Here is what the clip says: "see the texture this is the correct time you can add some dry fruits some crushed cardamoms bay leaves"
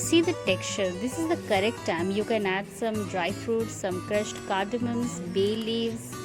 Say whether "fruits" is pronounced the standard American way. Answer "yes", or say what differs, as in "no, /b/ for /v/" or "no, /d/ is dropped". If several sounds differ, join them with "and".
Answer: yes